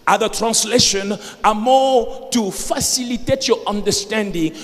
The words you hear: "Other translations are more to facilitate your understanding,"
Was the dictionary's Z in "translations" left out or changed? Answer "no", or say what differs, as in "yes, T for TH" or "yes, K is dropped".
yes, Z is dropped